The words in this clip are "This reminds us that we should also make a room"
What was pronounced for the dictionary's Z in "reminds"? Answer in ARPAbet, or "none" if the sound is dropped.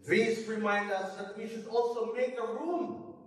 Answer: none